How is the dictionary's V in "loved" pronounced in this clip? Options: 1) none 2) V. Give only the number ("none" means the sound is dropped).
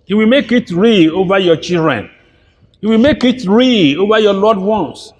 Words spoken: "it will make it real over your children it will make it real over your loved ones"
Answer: 1